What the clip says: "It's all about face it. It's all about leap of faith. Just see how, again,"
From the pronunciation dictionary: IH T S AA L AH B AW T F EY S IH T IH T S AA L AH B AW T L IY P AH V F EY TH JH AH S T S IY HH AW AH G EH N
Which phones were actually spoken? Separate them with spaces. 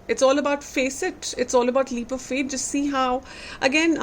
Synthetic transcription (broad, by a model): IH T S AA L AH B AW T F EY S IH T IH T S AA L AH B AW T L IY P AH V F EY T JH AH S T S IY HH AW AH G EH N